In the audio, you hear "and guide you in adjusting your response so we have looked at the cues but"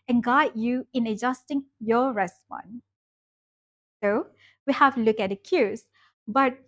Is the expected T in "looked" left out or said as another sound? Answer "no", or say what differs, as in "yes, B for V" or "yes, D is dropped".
yes, T is dropped